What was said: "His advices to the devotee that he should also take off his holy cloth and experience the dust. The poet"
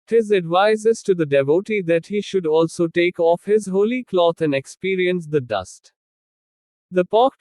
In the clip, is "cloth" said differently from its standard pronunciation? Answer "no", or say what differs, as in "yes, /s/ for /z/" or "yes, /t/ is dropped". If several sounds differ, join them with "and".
yes, /t/ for /θ/